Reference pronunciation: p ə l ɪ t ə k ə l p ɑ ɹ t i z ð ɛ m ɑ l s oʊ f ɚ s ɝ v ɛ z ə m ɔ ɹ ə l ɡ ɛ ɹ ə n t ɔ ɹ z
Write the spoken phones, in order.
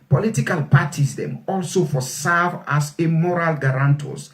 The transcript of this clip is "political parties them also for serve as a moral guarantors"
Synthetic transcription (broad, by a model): p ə l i t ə k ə l p ɑ t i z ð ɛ m ɑ l s oʊ f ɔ s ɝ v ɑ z ə m ɔ ɹ ə l ɡ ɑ ɹ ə n t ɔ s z